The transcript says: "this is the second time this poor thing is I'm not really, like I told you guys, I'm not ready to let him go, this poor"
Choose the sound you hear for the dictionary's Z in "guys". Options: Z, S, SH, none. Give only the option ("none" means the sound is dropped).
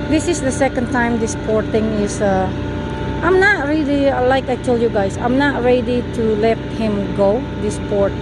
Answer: S